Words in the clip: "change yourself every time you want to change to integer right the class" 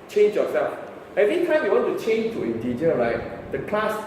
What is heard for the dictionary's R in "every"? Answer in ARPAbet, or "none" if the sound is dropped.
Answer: none